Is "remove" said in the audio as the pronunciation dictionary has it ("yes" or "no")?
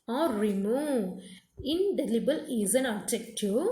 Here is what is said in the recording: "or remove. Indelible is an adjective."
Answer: no